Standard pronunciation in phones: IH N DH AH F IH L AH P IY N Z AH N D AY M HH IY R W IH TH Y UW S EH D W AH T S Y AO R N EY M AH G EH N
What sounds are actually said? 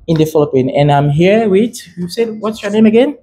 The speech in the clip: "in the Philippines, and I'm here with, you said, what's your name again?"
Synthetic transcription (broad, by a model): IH N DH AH F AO L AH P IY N AH N AY M HH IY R W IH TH Y UW S EH D W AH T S Y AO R N EY M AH G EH N